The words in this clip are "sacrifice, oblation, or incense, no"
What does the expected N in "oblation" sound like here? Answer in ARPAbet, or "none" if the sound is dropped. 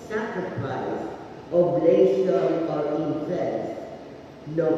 none